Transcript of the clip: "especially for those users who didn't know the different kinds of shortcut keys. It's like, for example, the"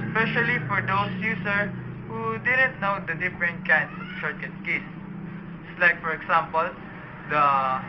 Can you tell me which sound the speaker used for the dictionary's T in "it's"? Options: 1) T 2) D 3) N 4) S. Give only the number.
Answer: 4